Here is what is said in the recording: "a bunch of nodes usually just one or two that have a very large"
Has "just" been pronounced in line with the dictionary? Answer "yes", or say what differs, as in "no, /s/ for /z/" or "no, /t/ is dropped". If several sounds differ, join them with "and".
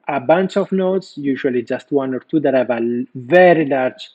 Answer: yes